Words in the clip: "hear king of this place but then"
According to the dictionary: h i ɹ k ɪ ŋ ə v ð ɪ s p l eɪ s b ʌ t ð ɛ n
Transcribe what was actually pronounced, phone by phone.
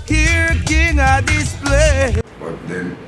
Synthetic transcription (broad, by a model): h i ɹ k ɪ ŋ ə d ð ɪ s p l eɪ b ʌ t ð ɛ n